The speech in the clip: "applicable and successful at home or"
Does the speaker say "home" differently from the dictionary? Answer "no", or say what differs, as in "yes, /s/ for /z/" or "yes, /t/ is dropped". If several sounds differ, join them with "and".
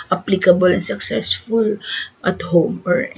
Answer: no